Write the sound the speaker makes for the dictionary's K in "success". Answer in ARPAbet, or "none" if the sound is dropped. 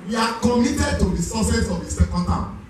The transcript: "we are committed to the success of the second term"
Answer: none